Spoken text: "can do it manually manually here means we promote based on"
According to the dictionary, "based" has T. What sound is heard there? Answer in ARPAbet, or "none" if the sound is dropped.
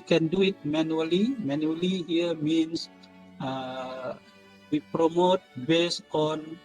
none